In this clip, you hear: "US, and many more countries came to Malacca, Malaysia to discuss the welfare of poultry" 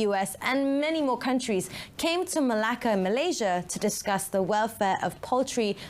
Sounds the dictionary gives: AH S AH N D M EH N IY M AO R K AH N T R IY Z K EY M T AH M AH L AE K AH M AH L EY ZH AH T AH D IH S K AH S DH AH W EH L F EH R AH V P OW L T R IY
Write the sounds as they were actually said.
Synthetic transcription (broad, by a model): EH S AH N M EH N IY M AO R K AH N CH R IY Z K EY M T AH M AH L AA K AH M AH L EY ZH AH T AH D IH S K AH S DH AH W EH L F EH R AH V P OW L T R IY